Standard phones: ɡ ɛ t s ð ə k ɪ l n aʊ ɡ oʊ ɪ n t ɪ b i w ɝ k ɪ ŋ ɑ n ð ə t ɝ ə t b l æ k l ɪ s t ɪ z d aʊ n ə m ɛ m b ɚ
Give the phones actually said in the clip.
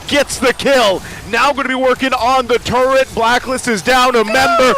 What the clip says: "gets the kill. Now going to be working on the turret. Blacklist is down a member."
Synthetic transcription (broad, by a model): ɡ ɛ t s ð ə k ɪ l n aʊ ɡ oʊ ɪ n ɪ b i w ɝ k ɪ ŋ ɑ n ð ə t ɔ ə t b l æ k l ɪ s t ɪ z d aʊ n ə m ɛ m b ɚ